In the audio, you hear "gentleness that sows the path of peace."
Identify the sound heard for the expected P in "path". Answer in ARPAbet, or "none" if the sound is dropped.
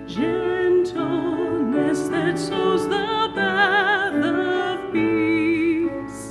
B